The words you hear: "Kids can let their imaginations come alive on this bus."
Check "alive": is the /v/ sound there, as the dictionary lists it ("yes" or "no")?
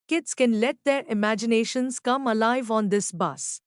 yes